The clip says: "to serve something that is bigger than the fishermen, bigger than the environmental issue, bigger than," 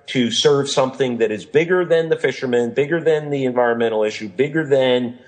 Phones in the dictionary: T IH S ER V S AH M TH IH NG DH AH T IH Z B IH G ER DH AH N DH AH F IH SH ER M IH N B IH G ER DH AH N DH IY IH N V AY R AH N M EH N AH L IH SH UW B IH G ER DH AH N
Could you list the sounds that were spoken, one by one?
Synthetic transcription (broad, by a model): T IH S ER V S AH M TH IH NG DH AH T IH Z B IH G ER DH AH N DH AH F IH SH ER M IH N B IH G ER DH AH N DH IY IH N V AY R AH N M EH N L IH SH UW B IH G ER DH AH N